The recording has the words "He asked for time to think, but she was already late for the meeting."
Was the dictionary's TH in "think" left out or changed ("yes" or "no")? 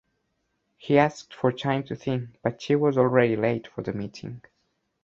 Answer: no